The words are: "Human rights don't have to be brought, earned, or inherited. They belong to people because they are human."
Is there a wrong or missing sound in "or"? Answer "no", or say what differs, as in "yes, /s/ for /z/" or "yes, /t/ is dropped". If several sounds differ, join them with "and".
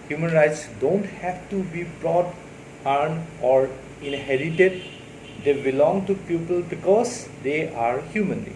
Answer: no